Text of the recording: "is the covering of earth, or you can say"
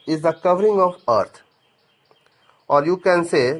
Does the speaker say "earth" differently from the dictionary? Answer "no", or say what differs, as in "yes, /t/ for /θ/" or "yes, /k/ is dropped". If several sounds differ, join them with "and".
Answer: yes, /t/ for /θ/